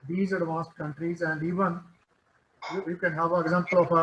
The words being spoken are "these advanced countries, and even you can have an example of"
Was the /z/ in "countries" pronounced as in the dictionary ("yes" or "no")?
yes